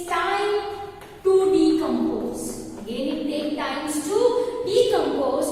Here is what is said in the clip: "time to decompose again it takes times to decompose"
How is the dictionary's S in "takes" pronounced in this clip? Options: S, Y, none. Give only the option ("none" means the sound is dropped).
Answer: none